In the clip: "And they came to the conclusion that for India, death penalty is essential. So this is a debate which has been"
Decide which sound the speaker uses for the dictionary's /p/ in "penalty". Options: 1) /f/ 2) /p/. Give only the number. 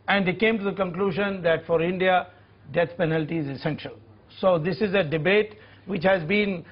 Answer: 2